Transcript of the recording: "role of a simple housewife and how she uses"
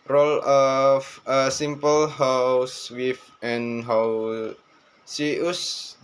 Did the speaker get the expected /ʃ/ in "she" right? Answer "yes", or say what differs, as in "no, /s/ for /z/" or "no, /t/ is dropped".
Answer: no, /s/ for /ʃ/